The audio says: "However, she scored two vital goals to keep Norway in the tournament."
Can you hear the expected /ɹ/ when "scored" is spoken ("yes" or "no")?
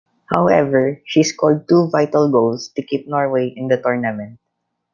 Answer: no